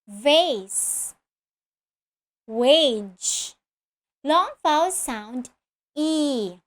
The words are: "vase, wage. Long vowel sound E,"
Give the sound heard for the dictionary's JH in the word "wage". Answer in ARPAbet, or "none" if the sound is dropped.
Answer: JH